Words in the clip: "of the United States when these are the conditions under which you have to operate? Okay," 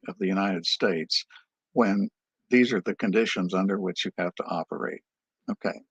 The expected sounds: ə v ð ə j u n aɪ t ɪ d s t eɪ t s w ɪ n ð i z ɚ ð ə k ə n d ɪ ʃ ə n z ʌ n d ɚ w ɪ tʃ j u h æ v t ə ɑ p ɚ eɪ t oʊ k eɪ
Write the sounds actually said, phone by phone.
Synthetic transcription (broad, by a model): ə v ð ə j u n aɪ t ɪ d s t eɪ t s w ɪ n ð i z ɚ ð ə k ə n d ɪ ʃ ə n z ʌ n d ɚ w ɪ tʃ j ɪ h æ f t ə ɑ p ɚ eɪ t oʊ k eɪ